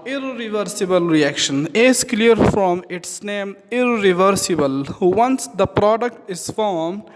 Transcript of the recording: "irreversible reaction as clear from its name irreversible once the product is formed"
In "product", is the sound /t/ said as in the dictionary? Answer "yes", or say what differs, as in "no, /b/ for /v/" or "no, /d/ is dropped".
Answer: yes